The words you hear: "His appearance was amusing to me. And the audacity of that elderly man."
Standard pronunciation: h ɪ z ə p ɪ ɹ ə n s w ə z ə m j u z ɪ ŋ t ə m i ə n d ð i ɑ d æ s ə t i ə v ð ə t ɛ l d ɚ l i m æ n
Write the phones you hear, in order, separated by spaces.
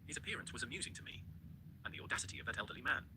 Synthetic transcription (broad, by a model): h ɪ z ə p ɪ ɹ ə n s w ə z ə m j u z ɪ ŋ t ə m i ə n ð i ɑ d æ s ə t i ə v ð ə t ɛ l d ɚ l i m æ n